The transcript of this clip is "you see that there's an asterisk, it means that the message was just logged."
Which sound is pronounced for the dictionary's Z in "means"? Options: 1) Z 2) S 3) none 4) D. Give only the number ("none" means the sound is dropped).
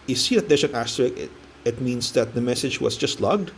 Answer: 2